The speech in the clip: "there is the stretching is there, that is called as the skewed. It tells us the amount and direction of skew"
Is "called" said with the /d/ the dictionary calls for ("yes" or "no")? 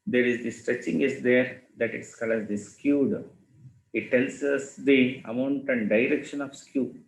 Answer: no